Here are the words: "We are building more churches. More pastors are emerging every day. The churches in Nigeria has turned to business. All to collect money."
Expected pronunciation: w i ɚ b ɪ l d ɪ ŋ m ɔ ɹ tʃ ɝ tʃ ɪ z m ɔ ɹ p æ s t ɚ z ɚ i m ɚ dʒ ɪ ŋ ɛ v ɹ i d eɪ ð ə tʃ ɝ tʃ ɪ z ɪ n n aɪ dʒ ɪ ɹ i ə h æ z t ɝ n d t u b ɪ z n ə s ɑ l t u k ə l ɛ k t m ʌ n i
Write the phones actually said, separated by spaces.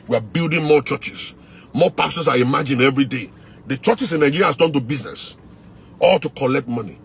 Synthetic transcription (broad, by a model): w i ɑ b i l d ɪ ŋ m ɔ tʃ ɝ tʃ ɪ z m ɔ p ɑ s t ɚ s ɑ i m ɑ dʒ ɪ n ɛ v ɹ i d eɪ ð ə tʃ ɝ tʃ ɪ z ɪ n n aɪ dʒ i ɹ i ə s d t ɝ n t u b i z n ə s ɑ l t u k ə l ɛ k t m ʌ n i